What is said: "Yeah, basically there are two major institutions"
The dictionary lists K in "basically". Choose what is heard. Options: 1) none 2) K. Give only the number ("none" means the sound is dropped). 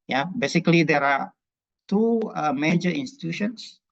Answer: 2